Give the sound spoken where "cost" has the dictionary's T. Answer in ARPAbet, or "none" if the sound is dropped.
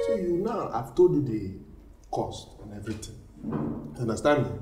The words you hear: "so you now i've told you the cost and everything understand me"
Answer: T